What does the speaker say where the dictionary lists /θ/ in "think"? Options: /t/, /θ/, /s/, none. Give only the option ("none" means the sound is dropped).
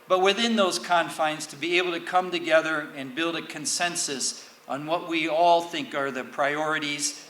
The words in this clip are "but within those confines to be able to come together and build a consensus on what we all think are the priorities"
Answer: /θ/